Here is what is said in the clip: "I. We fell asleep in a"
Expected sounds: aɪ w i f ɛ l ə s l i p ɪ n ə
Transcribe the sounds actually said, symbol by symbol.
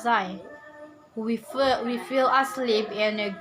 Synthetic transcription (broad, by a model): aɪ w i f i l ə s l i p ɪ n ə